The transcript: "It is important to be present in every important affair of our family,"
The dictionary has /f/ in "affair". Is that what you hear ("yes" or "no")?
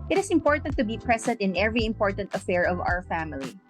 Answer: yes